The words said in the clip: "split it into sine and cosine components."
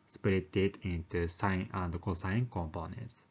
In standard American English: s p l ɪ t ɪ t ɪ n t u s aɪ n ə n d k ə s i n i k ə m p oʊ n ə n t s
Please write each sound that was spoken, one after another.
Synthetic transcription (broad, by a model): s p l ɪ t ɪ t ɪ n t u s aɪ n ə n d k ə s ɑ i k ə m p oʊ n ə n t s